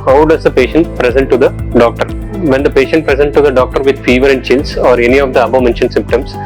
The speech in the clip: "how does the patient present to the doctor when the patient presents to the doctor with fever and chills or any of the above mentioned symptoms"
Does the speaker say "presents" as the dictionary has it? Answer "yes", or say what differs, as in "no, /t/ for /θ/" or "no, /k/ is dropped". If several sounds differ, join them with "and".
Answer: no, /s/ is dropped